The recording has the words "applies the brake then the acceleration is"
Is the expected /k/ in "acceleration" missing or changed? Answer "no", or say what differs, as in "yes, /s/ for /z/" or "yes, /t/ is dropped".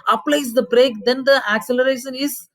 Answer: no